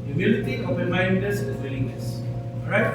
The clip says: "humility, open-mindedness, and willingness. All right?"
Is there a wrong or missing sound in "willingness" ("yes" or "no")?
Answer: yes